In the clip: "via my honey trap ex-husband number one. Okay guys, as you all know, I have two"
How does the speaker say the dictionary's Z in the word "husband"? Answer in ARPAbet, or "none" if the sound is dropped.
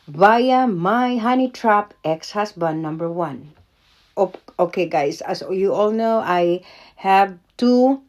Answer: S